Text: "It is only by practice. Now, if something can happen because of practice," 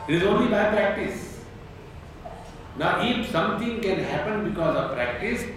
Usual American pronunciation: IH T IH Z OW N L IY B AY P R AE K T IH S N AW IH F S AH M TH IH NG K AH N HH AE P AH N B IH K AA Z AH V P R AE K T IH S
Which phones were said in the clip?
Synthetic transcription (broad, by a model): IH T IH Z OW N L IY B AY P R AE K T IH S N AW IH F S AH M T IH NG K AH N HH AE P AH N B IH K AA Z AH V P R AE K T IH S